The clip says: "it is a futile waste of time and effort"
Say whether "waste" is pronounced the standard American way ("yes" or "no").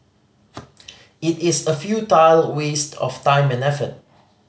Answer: yes